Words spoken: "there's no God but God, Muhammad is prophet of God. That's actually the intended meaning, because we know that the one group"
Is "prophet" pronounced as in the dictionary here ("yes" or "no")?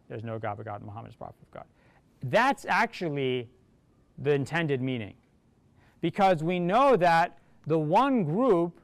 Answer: no